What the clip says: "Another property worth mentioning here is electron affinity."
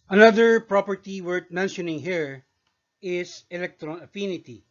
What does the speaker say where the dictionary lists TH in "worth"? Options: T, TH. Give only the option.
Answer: T